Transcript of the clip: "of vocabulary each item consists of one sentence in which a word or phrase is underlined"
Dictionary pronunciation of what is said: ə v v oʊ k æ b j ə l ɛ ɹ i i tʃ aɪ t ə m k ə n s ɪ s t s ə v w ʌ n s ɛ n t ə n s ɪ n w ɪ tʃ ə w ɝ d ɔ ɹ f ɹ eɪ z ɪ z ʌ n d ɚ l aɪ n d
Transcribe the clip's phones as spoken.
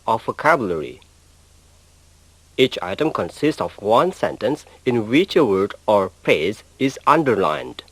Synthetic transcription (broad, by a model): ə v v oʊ k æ b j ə l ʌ ɹ i i tʃ aɪ t ə m k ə n s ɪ s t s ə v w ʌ n s ɛ n t ə n s ɪ n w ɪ tʃ ə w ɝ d ɔ ɹ p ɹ eɪ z ɪ z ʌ n d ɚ l aɪ n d